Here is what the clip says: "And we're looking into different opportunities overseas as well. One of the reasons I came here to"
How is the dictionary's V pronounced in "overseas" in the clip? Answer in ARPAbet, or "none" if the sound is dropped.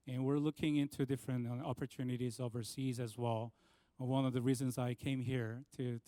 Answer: V